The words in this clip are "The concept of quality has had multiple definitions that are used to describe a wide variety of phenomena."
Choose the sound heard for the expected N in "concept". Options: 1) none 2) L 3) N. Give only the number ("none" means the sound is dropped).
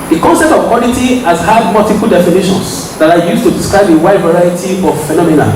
3